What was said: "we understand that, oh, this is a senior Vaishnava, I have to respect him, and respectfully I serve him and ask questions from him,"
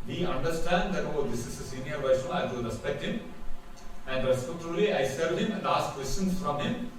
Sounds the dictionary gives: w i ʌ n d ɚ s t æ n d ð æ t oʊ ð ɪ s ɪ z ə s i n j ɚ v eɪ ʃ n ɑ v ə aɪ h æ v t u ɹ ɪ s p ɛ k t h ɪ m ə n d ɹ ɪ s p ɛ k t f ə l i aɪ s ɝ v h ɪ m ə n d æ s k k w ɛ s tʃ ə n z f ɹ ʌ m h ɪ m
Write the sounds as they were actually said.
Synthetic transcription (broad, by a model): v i ʌ n d ɚ s t æ n d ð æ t oʊ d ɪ s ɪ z ə s i n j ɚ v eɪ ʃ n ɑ ə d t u ɹ ɪ s p ɛ k t h ɪ m ə n d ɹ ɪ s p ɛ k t ə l i aɪ s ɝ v h ɪ m ə n d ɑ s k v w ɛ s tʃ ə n s f ɹ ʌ m h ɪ m